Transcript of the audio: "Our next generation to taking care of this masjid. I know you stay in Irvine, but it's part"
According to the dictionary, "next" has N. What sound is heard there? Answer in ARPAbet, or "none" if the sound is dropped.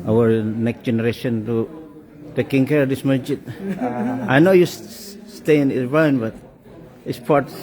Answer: N